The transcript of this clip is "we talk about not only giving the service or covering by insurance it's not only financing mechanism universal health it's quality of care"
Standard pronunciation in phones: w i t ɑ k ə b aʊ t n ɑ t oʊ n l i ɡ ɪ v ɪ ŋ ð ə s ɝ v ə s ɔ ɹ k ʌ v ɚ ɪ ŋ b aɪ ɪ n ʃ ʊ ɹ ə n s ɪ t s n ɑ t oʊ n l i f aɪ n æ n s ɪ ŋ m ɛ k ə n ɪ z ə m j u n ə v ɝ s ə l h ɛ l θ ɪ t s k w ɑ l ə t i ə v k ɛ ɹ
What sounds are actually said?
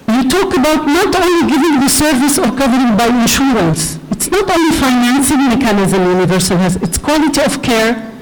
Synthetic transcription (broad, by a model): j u t ɑ k ə b aʊ t n ɑ t oʊ n l i ɡ ɪ v ɪ ŋ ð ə s ɝ v ə s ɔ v k ʌ v ɚ ɪ ŋ b aɪ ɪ n ʃ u ɹ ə n s ɪ t s n ɑ t oʊ n l i f aɪ n æ n s ɪ ŋ m ɛ k ə n ɪ z ə m j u n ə v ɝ s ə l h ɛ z ɪ t s k w ɑ l ə t i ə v k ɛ ɹ